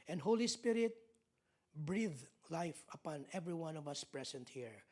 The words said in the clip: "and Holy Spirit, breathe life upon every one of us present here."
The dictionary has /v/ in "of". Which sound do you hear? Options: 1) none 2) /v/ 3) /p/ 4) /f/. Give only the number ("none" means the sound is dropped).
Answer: 2